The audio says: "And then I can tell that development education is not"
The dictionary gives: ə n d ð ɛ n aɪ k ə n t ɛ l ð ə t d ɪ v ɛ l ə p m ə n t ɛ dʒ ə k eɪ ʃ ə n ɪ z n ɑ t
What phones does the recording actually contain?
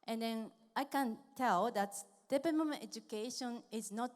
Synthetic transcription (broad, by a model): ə n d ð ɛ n aɪ k ə n t ɛ l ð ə t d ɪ p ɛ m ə m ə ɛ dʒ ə k eɪ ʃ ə n ɪ z n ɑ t